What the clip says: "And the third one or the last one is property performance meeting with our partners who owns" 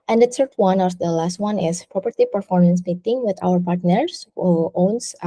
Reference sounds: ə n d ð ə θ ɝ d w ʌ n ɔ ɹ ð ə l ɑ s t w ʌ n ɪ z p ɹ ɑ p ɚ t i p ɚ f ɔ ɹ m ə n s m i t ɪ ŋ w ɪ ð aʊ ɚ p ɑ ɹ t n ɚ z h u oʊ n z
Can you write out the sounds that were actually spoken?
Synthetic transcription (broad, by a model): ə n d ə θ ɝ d w ʌ n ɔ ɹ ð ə l ɑ s t w ʌ n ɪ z p ɹ ɑ p ɚ t i p ɚ f ɔ ɹ m ə n s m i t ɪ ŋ w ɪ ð aʊ ɚ p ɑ ɹ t n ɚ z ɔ oʊ n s